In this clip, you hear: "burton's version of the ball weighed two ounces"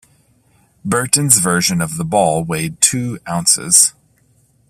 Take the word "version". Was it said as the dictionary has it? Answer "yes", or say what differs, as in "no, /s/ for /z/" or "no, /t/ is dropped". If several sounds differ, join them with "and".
yes